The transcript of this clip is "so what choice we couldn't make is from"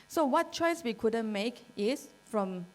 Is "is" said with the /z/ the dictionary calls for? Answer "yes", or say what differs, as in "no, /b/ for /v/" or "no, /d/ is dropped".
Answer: no, /s/ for /z/